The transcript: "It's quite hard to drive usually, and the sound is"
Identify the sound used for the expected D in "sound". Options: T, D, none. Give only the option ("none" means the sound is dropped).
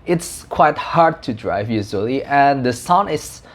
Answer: none